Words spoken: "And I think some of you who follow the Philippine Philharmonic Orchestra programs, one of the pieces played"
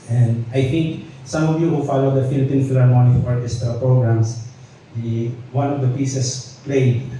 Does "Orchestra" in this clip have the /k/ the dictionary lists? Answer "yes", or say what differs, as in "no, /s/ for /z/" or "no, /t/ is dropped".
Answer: no, /k/ is dropped